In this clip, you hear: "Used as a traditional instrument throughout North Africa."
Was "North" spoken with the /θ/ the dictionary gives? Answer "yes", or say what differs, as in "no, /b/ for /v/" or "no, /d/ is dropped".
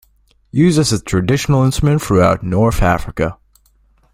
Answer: yes